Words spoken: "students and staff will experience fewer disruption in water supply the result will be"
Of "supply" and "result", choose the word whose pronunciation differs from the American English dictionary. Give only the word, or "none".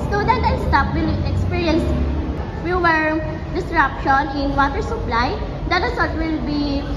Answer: result